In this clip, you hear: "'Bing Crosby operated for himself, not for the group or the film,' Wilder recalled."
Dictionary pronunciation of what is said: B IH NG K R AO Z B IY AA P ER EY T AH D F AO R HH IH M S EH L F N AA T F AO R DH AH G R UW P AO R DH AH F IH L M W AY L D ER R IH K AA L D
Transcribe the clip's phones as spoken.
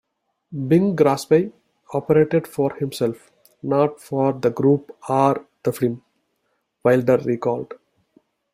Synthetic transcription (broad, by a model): B IH NG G R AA S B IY AA P ER EY T AH D F AO R HH IH M S EH L F N AA T F AO R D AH G R UW P AO R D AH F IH M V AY L D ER R IH K AA L D